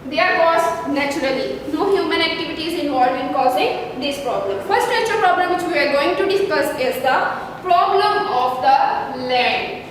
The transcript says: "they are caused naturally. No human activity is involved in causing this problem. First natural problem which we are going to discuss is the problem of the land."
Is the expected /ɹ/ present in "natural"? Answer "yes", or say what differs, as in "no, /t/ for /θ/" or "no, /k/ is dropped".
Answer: no, /ɹ/ is dropped